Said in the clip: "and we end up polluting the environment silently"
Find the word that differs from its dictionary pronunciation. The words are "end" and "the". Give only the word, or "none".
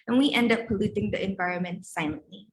none